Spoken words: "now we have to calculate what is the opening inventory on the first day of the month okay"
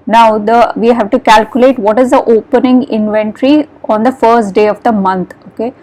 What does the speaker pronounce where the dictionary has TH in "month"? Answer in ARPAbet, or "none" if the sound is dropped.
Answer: T